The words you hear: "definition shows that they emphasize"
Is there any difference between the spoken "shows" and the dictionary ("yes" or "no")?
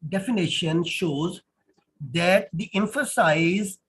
no